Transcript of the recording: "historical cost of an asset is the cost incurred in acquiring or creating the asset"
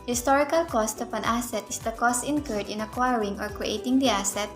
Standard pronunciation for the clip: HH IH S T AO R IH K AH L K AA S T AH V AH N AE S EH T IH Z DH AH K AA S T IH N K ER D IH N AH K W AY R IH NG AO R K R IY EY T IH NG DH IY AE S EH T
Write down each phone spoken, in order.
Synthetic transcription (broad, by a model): HH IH S T AO R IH K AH L K AA S T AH P AH N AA S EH T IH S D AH K AA S T IH N K ER D IH N AH K W AY R IH NG AO R K R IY EY T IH NG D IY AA S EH T